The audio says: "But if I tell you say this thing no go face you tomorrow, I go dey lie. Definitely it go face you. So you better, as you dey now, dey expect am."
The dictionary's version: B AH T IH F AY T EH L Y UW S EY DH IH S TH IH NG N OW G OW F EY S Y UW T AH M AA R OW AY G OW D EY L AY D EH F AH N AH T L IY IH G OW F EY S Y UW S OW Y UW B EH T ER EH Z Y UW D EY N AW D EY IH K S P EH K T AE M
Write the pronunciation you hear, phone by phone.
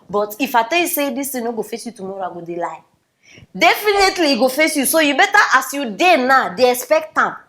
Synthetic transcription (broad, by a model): B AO T IH F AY T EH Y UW S EY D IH S T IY N OW G OW F EY S Y UW T AH M AA R OW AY G OW D EY L AY D EH F AH N AH T L IY G OW F EY S Y UW S OW Y UW B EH T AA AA S Y UW D EY N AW D EY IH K S P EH K T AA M